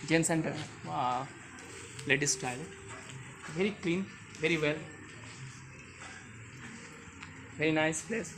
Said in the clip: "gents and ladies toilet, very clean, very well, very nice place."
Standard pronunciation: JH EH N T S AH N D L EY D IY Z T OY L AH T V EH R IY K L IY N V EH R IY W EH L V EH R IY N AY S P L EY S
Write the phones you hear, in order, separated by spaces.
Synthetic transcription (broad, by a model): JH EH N S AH N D L EY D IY S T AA AH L V EH R IY K L IY N V EH R IY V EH L V EH R IY N AY S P L EY S